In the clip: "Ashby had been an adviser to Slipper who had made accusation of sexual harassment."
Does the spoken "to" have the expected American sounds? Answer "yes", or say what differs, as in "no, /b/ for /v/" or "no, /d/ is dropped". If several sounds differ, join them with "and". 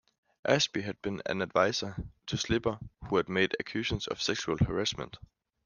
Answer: no, /s/ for /t/